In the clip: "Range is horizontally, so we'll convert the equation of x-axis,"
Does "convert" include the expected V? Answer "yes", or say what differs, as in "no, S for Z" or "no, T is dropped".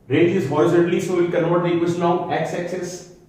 no, V is dropped